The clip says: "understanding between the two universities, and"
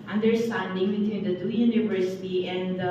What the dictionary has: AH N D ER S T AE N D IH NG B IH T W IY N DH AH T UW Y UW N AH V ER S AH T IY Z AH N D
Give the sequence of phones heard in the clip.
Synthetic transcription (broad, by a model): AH N D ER S T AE N D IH NG B IH T W IY N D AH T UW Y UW N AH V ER S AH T IY AH N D